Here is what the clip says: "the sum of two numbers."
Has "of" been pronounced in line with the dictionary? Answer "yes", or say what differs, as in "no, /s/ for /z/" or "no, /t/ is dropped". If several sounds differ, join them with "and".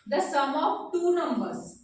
no, /p/ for /v/